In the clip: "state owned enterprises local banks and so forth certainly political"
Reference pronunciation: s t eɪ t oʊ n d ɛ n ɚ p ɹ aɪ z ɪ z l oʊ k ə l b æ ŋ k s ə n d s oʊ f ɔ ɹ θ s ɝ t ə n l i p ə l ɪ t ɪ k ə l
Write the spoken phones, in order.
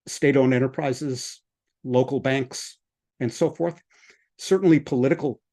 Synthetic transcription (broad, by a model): s t eɪ t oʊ n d ɛ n ɚ p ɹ aɪ z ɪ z l oʊ k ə l b æ ŋ k s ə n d s oʊ f ɔ ɹ θ s ɝ t n l i p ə l ɪ t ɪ k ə l